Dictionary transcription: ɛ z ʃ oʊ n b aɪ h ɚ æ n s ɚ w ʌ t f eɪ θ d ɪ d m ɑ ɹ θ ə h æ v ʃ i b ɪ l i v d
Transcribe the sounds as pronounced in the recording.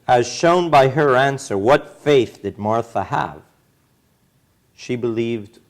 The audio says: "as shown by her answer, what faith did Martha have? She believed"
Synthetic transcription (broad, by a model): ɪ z ʃ oʊ n b aɪ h ɚ æ n s ɚ w ʌ t f eɪ θ d ɪ d m ɑ ɹ θ ə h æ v ʃ i b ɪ l i v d